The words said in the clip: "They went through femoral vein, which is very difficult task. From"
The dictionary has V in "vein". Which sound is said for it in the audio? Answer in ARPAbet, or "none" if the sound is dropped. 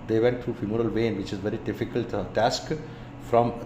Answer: V